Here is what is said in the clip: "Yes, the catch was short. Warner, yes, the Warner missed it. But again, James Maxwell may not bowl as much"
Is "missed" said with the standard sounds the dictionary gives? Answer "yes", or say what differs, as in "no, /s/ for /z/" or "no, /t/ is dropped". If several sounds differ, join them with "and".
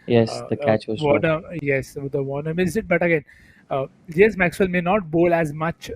no, /t/ is dropped